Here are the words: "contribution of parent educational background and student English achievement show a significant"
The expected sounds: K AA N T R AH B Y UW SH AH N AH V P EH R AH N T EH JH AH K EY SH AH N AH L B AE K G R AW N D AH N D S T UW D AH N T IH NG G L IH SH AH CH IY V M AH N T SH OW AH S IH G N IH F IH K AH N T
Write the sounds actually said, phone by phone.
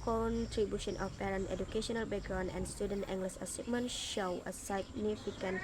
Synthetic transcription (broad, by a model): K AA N T R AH B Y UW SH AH N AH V P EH R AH N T EH JH AH K EY SH AH N AH L B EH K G R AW N AH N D S T UW D AH N T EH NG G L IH S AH S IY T M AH N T SH OW AH S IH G N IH F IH K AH N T